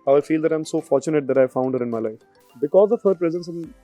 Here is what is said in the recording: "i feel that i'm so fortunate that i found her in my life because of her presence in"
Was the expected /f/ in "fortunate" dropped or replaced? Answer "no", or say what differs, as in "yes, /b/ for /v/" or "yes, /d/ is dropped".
no